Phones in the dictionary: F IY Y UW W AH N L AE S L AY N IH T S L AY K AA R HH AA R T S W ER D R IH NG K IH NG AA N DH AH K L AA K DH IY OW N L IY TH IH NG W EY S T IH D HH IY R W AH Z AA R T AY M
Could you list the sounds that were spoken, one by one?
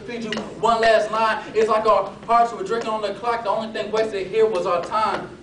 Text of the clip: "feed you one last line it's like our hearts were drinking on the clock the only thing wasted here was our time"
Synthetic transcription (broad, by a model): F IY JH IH W AH N L AE S N AY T IH T S L AY K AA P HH AA R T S W ER D R IH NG K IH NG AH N DH AH K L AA K DH IY OW N L IY TH IH NG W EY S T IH HH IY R W AH Z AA T AY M